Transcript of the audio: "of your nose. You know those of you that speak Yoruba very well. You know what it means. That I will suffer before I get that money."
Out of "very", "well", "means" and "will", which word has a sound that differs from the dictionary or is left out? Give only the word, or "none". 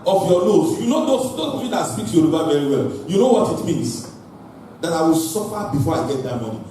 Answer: means